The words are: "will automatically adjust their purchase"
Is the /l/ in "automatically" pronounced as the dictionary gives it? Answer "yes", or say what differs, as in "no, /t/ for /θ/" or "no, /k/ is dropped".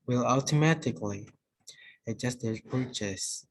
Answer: yes